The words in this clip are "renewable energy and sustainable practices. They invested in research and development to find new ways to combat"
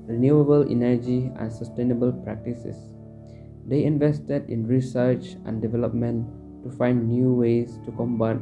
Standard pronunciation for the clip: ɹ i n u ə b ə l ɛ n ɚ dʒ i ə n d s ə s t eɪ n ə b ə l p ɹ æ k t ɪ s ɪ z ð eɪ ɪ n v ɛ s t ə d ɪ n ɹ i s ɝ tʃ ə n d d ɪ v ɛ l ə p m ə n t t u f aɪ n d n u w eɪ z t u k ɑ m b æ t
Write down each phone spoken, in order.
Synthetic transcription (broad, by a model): ɹ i n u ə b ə l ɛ n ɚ dʒ i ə n s ə s t eɪ n ə b ə l p ɹ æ k t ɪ s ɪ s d eɪ ɪ n v ɛ s t ə d ɪ n ɹ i s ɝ tʃ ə n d d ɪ v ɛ l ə p m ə n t t u f aɪ n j u w eɪ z t u k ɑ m b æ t